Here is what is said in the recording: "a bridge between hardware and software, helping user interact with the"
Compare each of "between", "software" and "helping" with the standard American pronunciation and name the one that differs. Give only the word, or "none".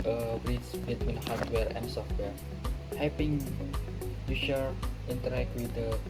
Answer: helping